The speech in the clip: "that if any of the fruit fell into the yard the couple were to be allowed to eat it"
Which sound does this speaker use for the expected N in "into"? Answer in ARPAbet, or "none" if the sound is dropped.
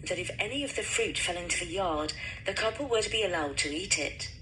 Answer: N